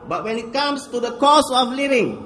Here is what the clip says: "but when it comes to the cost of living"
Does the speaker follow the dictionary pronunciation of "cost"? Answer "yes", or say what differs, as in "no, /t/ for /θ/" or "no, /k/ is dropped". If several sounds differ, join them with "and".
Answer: no, /t/ is dropped